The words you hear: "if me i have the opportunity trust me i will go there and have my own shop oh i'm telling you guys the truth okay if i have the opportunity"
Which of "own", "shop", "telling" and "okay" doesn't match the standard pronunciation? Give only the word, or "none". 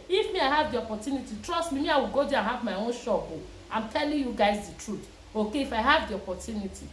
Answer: shop